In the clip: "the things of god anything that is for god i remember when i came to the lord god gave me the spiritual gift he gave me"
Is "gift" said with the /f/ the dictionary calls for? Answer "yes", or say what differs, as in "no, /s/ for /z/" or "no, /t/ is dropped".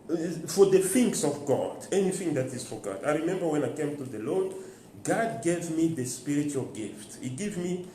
yes